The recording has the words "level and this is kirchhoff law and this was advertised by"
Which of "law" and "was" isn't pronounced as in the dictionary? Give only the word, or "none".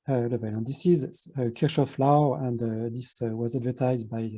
none